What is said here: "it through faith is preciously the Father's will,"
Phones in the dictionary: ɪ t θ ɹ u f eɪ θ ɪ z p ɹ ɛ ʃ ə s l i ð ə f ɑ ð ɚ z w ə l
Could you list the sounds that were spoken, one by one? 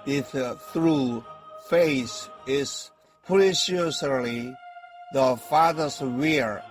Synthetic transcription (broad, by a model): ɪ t θ ɹ u f eɪ s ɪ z p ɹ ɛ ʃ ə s l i ð ə f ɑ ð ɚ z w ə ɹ